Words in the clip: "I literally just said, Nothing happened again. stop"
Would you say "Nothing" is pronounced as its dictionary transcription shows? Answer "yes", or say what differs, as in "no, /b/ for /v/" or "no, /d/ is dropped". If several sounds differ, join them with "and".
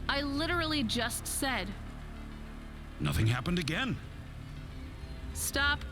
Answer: yes